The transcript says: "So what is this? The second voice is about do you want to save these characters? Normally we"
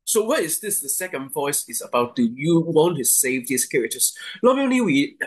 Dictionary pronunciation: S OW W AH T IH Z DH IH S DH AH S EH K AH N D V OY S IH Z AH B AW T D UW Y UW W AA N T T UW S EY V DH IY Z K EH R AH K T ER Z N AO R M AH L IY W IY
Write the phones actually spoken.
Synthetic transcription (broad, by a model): S OW W AH T IH Z DH IH S DH AH S EH K AH N D V OY S IH Z AH B AW T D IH Y UW W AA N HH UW S EY V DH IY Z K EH R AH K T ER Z L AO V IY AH N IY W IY